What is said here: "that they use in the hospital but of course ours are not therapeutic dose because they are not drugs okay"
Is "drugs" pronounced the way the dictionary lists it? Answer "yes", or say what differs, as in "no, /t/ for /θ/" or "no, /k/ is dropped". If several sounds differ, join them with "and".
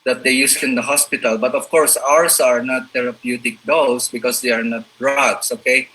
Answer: no, /s/ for /z/